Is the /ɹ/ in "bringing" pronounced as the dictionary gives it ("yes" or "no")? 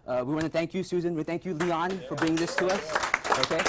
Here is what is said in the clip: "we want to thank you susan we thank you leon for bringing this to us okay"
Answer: no